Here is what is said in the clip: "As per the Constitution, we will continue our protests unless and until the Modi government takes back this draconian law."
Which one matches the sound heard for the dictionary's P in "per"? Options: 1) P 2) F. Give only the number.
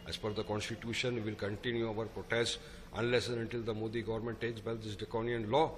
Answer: 2